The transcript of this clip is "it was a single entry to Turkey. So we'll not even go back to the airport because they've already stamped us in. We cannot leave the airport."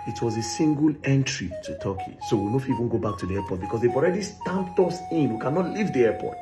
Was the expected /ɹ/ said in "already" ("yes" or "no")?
yes